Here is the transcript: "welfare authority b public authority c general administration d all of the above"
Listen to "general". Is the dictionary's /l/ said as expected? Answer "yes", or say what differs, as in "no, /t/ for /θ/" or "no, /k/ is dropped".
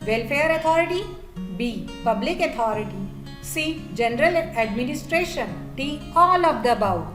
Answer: yes